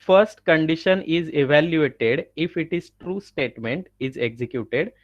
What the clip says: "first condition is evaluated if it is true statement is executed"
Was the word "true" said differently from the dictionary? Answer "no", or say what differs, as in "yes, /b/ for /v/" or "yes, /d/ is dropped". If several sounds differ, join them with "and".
no